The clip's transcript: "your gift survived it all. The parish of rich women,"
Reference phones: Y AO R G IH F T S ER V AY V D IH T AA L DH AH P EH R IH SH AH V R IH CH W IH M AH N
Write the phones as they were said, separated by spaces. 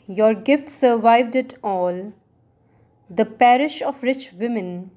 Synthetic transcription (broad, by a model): Y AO R G IH F T S ER V AY V D IH T AA L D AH P EH R IH SH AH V R IH CH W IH M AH N